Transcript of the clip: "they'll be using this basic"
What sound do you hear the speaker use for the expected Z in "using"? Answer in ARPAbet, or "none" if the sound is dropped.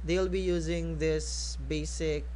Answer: Z